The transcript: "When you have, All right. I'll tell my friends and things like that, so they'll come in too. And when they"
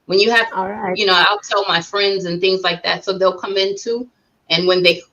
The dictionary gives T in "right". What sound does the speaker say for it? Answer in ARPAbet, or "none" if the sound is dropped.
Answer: none